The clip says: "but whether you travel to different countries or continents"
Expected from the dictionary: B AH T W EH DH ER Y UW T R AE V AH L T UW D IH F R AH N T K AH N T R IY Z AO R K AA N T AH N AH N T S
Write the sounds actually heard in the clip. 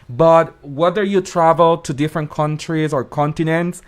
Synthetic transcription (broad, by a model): B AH T W EH DH ER Y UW T R AE V AH L T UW D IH F R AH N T K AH N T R IY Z AO R K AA N T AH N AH N T S